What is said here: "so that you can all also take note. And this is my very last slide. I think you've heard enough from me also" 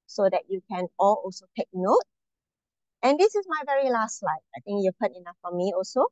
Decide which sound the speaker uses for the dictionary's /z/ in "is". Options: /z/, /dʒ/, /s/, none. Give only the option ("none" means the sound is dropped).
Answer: /s/